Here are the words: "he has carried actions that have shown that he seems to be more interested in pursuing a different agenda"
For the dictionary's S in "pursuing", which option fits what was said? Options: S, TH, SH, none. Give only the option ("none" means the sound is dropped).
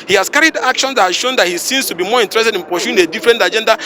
SH